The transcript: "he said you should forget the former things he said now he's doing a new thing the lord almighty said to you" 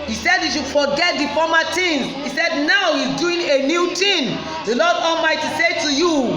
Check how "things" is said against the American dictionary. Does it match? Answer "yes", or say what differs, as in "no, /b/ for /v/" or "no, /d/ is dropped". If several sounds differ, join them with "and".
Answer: no, /t/ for /θ/